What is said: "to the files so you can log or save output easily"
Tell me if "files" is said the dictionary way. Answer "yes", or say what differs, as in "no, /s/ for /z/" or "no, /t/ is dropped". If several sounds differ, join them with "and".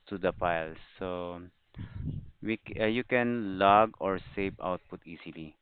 no, /p/ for /f/